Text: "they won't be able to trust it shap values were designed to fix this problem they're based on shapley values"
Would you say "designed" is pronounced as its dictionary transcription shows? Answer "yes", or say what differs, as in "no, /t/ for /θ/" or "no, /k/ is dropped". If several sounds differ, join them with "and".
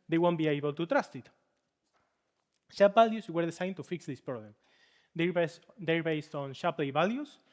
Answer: no, /s/ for /z/